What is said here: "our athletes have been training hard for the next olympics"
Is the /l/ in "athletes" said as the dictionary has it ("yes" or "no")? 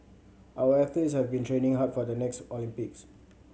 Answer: no